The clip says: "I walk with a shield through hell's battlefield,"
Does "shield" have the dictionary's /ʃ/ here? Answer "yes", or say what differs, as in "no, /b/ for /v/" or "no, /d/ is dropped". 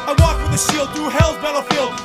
no, /s/ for /ʃ/